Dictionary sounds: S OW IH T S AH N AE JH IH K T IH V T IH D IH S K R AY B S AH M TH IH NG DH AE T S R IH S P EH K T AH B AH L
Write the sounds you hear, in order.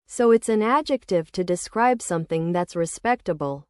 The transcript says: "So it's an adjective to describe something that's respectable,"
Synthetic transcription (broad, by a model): S OW IH T S AH N AE JH IH K T IH V T IH D IH S K R AY B S AH M TH IH NG DH AE T S R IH S P EH K T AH B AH L